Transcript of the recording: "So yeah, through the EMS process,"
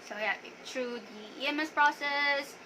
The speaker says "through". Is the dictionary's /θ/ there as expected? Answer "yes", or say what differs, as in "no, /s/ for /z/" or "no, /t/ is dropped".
no, /t/ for /θ/